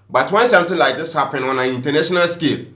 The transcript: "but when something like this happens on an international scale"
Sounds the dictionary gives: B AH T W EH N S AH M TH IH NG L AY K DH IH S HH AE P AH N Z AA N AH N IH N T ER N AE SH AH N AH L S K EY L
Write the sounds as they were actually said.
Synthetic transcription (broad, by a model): B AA T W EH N S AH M T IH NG L AY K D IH S HH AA P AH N AA N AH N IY N T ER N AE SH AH N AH L S K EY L